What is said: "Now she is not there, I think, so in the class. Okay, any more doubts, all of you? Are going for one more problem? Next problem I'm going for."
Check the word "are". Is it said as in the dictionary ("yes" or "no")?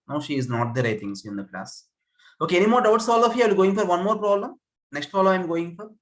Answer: no